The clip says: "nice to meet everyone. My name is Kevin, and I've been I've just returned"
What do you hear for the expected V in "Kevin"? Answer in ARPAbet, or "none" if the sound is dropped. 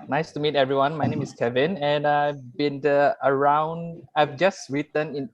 V